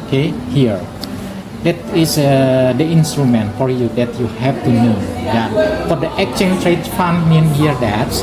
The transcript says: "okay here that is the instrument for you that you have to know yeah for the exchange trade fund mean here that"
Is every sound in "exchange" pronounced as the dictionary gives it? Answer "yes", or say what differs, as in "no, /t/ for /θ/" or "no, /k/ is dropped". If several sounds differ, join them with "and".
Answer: no, /s/ is dropped